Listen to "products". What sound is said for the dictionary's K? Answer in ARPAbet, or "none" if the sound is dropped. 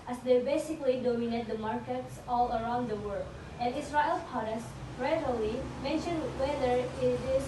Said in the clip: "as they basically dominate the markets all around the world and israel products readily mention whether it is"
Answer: none